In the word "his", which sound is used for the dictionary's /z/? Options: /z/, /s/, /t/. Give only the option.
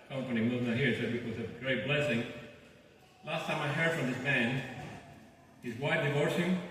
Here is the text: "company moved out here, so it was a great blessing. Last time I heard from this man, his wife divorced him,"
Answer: /z/